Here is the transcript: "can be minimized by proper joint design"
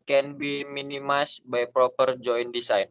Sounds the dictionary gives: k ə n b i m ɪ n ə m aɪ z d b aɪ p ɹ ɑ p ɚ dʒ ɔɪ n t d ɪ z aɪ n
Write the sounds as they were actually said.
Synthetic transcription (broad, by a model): k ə n b i m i n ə m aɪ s b aɪ p ɹ ɑ p ɚ dʒ ɔɪ n d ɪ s aɪ n